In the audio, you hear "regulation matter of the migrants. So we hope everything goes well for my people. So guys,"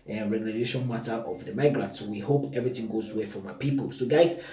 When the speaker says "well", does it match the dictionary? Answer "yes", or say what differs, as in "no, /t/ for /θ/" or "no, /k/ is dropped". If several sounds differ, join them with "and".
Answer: no, /w/ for /l/